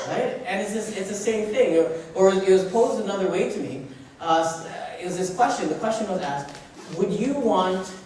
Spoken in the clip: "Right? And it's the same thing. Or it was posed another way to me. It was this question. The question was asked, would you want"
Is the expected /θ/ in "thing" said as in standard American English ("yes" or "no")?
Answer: yes